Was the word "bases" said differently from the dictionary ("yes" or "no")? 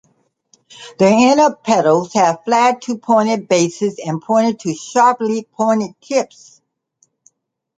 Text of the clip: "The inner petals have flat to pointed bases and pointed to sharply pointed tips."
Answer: no